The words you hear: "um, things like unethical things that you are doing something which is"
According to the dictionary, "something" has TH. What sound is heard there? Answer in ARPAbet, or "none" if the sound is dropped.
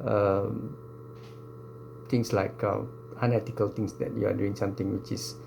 T